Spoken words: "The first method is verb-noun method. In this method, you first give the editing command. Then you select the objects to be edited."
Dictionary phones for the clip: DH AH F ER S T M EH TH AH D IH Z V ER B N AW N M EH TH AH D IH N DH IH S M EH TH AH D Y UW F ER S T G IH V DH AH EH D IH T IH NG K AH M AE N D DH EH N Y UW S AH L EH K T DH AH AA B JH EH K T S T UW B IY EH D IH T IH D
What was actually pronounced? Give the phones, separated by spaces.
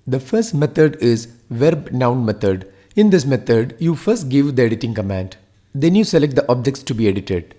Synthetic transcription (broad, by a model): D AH F ER S T M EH T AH D IH Z V ER B N AW N M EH T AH D IH N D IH S M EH T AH D Y UW F ER S T G IH V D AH EH D IH T IH NG K AH M AE N D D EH N Y UW S AH L EH K T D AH AA B JH EH K T S T UW B IY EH D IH T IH D